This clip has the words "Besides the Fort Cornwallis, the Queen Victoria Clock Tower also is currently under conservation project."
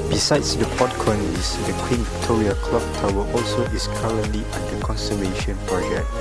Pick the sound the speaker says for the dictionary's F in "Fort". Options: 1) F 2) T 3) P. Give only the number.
3